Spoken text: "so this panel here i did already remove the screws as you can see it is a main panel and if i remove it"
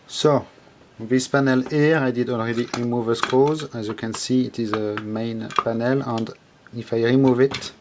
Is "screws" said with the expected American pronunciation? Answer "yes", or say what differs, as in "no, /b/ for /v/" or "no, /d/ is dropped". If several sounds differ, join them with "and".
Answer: no, /ɹ/ is dropped